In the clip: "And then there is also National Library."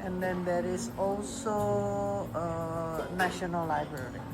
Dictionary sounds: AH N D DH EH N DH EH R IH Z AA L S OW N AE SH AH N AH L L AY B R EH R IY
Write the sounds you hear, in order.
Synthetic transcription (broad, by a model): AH N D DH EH N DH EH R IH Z AA L S OW N AE SH AH N AH L L AY B R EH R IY